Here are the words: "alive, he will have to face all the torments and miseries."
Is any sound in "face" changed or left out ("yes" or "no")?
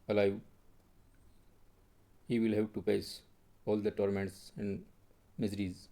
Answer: yes